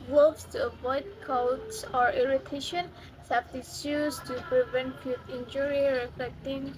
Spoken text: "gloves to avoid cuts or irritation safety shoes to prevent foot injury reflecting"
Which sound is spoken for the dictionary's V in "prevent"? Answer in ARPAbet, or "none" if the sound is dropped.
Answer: V